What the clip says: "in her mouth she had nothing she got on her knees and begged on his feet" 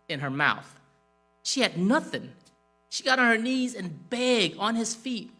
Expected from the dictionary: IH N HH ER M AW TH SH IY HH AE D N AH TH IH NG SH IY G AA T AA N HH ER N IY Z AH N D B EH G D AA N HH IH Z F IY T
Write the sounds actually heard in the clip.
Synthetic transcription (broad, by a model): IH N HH ER M AW TH SH IY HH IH D N AH TH IH NG SH IY G AA T N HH ER N IY Z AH N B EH G AA N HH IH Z F IY T